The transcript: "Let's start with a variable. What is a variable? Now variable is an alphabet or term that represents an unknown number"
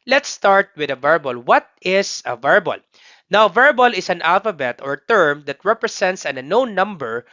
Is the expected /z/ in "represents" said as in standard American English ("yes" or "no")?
no